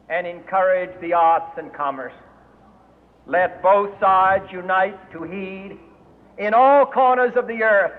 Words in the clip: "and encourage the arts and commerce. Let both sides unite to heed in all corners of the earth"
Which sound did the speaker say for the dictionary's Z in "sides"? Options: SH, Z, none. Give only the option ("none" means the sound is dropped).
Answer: Z